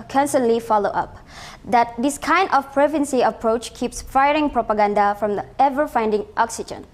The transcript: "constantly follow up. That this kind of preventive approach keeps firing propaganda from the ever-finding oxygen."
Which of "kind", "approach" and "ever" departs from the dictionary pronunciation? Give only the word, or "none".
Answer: none